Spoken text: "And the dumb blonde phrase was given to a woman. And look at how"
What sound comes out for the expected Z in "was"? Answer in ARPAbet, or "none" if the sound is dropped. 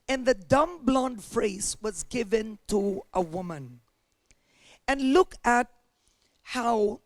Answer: Z